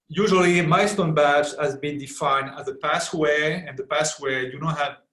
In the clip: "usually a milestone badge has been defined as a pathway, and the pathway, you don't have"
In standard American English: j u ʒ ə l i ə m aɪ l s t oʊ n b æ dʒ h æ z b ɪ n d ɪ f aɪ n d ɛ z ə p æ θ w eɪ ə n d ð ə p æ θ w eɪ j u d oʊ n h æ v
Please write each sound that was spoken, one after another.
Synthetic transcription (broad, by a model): j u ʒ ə l i m aɪ s t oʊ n b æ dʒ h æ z b ɪ n d ɪ f aɪ n d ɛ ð ə p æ s w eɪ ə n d ð ə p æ s w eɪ j u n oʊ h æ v